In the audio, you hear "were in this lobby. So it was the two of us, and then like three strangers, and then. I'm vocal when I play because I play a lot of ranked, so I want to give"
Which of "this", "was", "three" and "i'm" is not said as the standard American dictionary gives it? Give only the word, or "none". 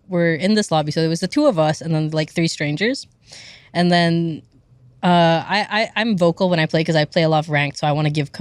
none